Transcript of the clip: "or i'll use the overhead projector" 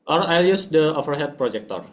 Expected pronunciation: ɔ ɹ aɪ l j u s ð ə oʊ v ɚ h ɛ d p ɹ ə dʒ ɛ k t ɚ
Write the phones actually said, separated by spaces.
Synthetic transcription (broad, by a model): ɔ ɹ aɪ l j u s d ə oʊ f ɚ h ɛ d p ɹ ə dʒ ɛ k t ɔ